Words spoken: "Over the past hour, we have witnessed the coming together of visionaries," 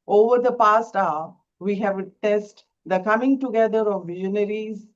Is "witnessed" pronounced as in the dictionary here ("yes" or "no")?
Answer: no